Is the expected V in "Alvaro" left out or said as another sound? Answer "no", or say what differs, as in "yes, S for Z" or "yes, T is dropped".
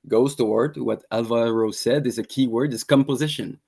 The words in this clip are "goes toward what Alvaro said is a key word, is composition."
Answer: no